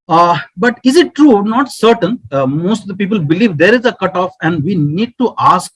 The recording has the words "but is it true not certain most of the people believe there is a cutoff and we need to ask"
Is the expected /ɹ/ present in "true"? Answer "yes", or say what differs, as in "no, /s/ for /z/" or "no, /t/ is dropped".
yes